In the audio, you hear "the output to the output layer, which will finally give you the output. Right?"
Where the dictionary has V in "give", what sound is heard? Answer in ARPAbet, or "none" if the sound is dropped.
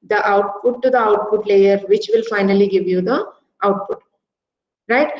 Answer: V